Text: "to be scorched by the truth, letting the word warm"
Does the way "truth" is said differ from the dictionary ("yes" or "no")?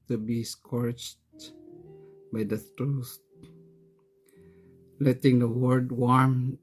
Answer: yes